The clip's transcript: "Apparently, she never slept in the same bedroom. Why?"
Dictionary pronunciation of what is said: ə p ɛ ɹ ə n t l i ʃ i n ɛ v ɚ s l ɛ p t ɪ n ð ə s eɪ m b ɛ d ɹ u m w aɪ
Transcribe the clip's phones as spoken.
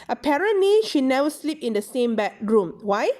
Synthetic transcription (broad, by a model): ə p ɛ ɹ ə n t l i ʃ i n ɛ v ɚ s l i p ɪ n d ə s eɪ m b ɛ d ɹ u m w aɪ